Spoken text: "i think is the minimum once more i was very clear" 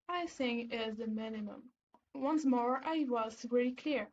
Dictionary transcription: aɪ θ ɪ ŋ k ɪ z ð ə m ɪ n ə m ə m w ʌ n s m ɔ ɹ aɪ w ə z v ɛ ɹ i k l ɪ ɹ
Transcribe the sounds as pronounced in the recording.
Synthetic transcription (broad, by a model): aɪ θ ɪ ŋ ɪ z ð ə m ɪ n ə m ə m w ʌ n s m ɔ ɹ aɪ w ə z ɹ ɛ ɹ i k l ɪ ɹ